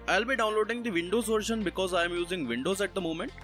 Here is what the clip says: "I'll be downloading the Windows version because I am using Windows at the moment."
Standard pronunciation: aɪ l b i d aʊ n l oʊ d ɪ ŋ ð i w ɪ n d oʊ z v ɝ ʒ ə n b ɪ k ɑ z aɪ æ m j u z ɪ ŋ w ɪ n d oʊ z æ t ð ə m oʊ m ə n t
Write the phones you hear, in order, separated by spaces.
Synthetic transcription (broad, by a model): aɪ l b i d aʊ n l oʊ d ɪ ŋ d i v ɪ n d oʊ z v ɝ ʃ ə n b ɪ k ɑ z aɪ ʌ m j u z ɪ ŋ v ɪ n d oʊ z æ t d ə m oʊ m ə n t